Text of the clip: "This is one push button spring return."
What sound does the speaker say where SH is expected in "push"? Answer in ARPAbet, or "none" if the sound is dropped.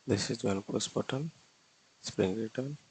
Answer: S